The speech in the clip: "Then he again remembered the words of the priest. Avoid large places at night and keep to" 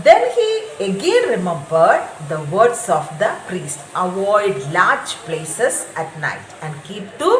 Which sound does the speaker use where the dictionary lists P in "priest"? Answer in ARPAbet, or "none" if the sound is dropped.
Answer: P